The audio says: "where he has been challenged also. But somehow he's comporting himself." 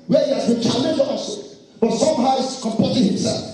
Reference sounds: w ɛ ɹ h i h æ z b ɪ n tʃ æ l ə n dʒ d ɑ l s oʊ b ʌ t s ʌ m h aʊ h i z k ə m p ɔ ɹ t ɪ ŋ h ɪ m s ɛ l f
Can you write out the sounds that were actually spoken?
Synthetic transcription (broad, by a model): w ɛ h i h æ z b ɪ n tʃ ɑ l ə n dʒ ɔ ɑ s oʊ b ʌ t s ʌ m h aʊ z k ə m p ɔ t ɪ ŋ h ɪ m s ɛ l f